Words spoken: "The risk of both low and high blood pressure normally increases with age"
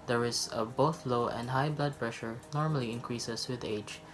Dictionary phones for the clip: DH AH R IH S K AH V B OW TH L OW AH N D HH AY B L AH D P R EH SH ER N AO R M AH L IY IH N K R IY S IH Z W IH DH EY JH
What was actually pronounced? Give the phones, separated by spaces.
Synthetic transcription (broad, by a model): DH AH R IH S AH B OW TH L OW AH N D HH AY B L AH D P R EH SH ER N AO R M AH L IY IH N K R IY S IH S W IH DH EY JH